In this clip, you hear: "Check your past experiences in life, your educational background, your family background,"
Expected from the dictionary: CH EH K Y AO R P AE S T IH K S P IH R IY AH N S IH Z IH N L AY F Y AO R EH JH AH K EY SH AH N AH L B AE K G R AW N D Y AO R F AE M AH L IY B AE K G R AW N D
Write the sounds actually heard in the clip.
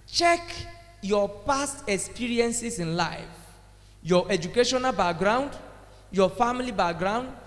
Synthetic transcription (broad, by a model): CH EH K Y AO P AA S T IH K S P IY R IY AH N S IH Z IH N L AY F Y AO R EH JH AH K EY SH AH N AH L B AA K G R AW N D Y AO F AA M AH L IY B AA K G R AW N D